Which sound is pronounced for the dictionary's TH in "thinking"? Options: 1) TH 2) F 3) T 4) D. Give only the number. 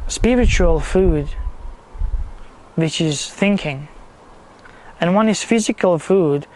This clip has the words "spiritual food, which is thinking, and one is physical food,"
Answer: 1